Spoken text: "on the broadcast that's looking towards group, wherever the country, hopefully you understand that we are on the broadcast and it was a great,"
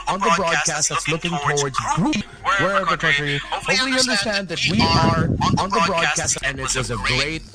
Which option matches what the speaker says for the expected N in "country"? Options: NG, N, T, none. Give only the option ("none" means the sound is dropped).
none